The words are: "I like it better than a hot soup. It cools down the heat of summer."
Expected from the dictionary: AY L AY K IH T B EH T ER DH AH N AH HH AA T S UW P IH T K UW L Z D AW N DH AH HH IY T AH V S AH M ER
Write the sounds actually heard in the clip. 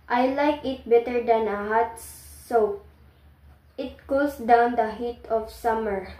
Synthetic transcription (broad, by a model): AY L AY K IH T B EH T ER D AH N AH HH AA T S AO IH T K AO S D AW N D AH HH IY T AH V S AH M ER